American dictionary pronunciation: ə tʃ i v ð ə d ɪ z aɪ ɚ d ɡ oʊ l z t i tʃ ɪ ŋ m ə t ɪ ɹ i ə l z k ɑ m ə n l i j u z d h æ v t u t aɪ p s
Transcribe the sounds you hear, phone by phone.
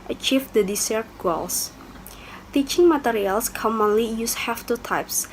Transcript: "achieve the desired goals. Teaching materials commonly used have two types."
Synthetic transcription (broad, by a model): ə tʃ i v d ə d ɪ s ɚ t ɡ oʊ l s t i tʃ ɪ ŋ m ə t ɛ ɹ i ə l s k ɑ m ə n l i j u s h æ f t u t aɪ p s